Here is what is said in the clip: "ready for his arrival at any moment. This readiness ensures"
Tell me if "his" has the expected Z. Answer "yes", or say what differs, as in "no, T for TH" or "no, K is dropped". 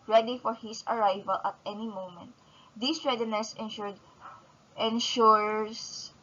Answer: no, S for Z